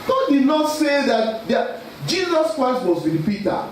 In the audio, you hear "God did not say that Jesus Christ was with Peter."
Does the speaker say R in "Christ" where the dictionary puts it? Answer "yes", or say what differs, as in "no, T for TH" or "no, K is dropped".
yes